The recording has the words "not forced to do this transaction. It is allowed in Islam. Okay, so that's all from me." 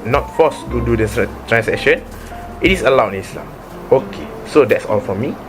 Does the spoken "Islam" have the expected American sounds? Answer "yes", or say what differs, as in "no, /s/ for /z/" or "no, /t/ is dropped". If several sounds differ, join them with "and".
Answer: yes